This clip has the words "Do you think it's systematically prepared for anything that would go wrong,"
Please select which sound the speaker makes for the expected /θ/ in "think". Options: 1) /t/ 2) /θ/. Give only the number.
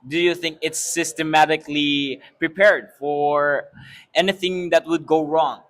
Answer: 2